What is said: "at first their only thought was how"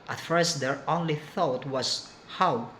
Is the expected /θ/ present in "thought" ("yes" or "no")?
yes